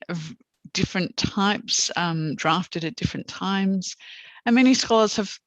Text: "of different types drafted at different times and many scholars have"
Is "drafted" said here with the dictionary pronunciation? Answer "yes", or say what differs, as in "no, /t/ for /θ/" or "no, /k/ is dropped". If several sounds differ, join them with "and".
yes